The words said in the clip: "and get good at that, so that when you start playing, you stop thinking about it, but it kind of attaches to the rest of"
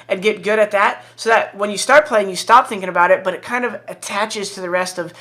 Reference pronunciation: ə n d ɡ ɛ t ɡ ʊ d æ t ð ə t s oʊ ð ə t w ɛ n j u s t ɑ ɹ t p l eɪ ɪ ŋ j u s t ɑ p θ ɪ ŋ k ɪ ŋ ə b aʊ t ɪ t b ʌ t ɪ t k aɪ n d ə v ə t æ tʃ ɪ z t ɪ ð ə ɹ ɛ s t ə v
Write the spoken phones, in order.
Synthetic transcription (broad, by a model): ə n ɡ ɛ t ɡ ʊ d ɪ t ð ə t s oʊ ð ə t w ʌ n j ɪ s t ɑ ɹ t p l eɪ ɪ ŋ j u s t ɑ p θ ɪ ŋ k ɪ ŋ ə b aʊ t ɪ t b ʌ t ɪ t k aɪ n d ə v ə t æ tʃ ɪ z t ɪ ð ə ɹ ɛ s t ə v